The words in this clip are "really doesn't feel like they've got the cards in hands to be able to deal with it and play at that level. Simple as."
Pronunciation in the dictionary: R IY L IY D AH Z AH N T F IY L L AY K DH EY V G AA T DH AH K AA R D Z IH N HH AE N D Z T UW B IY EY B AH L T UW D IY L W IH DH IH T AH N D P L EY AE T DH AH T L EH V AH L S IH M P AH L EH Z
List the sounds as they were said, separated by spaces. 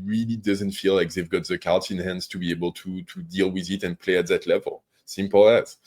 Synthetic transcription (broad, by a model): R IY L IY D AH Z AH N T F IY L L AY K DH EY V G AA T DH AH K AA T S IH N HH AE N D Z T UW B IY EY B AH L T UW D IY L W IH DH IH T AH N P L EY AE T DH AH T L EH V AH L S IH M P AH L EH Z